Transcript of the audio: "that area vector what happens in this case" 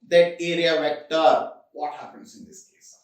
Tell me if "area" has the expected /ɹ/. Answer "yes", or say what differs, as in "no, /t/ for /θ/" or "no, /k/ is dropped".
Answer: yes